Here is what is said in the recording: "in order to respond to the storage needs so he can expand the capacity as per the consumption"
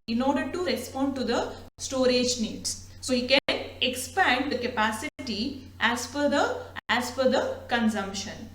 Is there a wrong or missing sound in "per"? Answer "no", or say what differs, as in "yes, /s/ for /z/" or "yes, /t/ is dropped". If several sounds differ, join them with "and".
yes, /f/ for /p/